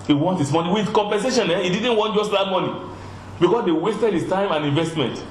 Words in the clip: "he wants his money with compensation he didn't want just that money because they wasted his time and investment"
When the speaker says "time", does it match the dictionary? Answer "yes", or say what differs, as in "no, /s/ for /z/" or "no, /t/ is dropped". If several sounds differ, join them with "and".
yes